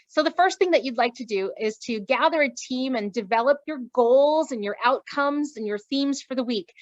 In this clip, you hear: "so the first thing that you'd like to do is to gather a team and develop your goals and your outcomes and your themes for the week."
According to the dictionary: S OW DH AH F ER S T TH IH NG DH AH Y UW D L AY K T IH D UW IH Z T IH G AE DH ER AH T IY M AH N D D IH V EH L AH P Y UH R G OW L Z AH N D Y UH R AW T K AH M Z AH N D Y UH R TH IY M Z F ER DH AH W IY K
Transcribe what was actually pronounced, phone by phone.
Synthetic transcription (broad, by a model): S OW DH AH F ER S T TH IH NG DH AH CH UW D L AY K T IH D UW IH Z T IH G AE DH ER AH T IY M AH N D D IH V EH L AH P Y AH R G OW L Z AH N Y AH R AW T K AH M Z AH N Y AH R TH IY M Z F ER DH AH W IY K